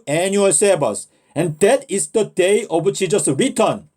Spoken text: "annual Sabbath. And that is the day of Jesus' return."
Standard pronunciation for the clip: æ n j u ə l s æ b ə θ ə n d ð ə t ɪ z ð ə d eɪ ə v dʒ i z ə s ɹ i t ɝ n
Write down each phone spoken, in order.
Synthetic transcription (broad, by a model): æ n j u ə l s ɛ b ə s ə n d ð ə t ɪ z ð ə d eɪ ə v tʃ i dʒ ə s ɹ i t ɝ n